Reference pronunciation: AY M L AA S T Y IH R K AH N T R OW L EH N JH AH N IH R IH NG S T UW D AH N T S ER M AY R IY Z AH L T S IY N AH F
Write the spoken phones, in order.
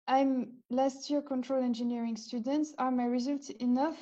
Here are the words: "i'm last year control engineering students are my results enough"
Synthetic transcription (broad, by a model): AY M L AA S T Y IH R K AH N T R OW L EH N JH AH N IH R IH NG S T UW D AH N T S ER M AY R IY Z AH L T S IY N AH F